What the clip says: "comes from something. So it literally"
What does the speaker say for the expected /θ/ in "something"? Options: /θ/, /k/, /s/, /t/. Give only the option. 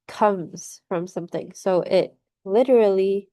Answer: /θ/